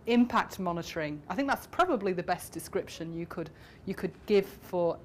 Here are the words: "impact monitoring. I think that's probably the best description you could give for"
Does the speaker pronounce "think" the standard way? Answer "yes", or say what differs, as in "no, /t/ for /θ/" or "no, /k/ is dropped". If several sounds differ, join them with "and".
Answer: yes